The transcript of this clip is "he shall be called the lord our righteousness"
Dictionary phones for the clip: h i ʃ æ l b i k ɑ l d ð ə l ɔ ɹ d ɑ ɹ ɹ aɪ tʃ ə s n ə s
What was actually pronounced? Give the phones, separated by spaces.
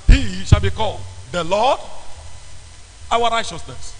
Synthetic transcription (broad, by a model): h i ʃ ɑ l b i k ɑ l d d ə l ɔ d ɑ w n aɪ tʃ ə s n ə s